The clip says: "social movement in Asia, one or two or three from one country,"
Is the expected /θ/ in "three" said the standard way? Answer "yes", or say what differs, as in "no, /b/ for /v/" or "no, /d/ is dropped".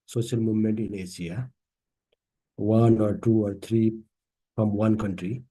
no, /t/ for /θ/